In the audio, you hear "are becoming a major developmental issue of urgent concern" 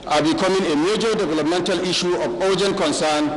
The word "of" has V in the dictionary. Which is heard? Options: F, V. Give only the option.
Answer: F